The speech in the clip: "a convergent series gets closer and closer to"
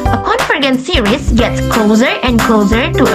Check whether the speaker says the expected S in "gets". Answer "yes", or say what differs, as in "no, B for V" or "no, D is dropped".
yes